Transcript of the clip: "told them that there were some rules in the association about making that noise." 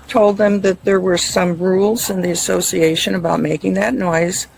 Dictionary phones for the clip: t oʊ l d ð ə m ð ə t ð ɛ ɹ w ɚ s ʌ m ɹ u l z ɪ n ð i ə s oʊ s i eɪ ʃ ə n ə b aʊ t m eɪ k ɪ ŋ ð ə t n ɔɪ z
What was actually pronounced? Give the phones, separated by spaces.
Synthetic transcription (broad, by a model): t oʊ l d ð ə m ð ə t ð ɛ ɹ w ɚ s ʌ m ɹ u l z ɪ n ð i ə s oʊ s i eɪ ʃ ə n ə b aʊ t m eɪ k ɪ ŋ ð ə t n ɔɪ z